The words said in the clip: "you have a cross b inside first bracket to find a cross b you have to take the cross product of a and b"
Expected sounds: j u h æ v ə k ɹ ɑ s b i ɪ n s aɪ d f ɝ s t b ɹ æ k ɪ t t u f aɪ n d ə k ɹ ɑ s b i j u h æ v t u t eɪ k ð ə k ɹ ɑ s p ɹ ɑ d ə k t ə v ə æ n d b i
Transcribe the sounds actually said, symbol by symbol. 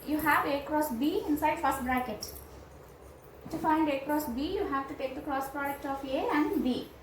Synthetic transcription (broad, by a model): j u h æ v ə k ɹ ɑ s b i ɪ n s aɪ d f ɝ s t b ɹ æ k ɪ t t u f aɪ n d ə k ɹ ɑ s b i j u h æ v t u t eɪ k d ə k ɹ ɑ s p ɹ ɑ d ə k t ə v ə æ n d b i